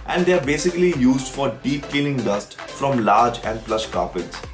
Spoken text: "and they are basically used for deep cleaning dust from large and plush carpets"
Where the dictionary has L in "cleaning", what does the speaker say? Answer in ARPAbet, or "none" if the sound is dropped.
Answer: none